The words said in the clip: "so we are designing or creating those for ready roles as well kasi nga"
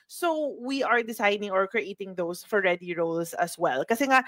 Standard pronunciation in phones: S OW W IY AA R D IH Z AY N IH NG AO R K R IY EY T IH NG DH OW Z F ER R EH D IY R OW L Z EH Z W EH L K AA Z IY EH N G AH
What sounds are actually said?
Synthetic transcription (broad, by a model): S OW W IY AA R D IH S AY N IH NG AO R K R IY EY T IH NG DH OW S F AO R EH D IY R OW L S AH S W EH L K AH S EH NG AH